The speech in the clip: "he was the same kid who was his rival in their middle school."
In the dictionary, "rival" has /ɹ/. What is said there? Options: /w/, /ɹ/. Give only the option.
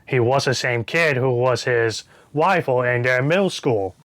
/w/